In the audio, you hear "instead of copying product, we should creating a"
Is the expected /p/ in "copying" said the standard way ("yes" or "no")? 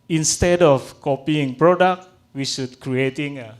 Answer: yes